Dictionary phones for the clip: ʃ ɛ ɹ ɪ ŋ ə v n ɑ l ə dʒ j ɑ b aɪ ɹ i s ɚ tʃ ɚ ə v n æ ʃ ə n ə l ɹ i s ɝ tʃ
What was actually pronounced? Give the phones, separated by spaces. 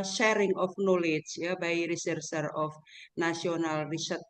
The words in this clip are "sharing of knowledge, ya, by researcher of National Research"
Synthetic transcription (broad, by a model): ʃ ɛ ɹ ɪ ŋ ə f n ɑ l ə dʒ j ɑ b aɪ ɹ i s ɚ s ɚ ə f n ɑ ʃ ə n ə l ɹ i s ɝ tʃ